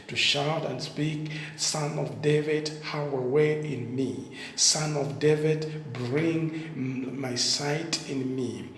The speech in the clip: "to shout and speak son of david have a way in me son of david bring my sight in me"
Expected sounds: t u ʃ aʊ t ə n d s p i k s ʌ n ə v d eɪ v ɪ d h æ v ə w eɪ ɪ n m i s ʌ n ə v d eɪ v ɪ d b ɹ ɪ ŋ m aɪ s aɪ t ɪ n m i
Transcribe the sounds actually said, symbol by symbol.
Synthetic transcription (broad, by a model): t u ʃ aʊ t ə n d s p i k s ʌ n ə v d eɪ v ɪ d h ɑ w ə w eɪ ɪ n m i s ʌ n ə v d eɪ v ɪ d b ɹ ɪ ŋ m aɪ s aɪ t ɪ n m i